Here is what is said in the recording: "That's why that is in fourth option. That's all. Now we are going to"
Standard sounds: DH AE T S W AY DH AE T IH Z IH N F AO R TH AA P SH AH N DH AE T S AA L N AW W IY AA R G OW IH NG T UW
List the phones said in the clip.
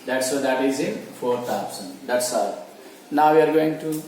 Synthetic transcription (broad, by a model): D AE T S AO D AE T IH Z IH N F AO R T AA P S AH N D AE T S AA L N AW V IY AA R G OW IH NG T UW